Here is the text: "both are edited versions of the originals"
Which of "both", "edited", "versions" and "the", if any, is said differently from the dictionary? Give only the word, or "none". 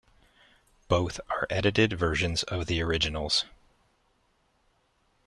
none